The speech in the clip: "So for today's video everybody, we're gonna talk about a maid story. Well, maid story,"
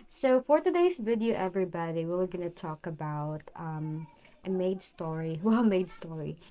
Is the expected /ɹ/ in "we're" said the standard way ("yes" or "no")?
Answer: no